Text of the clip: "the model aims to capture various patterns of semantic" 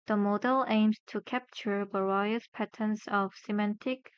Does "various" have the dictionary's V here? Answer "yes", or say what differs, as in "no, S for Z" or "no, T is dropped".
no, B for V